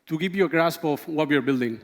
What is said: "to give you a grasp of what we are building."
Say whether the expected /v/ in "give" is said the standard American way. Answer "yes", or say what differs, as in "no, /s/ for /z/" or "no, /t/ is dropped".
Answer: no, /p/ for /v/